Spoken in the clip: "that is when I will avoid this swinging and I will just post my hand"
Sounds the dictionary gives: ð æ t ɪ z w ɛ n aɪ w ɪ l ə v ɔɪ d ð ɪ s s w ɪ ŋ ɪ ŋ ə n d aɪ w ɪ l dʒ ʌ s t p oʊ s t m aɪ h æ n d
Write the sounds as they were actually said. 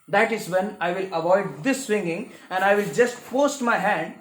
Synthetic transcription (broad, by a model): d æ t ɪ z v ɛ n aɪ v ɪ l ə v ɔɪ d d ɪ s s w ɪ ŋ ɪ ŋ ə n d aɪ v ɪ l dʒ ʌ s t f oʊ s t m aɪ h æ n d